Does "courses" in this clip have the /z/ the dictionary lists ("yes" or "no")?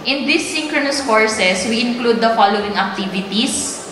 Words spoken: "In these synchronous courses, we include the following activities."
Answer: no